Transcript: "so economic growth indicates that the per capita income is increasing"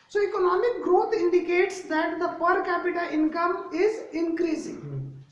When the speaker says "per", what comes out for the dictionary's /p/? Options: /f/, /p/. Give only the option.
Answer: /p/